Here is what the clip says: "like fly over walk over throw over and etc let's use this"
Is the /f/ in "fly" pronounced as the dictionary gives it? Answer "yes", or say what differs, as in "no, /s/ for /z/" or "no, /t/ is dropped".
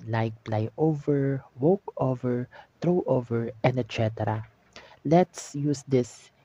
no, /p/ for /f/